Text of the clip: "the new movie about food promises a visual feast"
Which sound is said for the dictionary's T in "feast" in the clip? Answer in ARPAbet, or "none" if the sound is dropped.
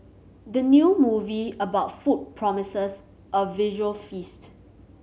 T